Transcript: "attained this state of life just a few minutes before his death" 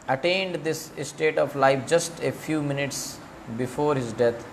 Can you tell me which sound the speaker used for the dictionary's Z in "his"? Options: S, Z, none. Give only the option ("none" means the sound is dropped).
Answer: Z